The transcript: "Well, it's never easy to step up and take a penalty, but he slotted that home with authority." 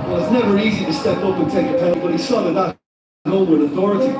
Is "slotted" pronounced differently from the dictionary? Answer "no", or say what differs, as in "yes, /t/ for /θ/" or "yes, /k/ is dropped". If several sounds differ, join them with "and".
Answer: yes, /l/ is dropped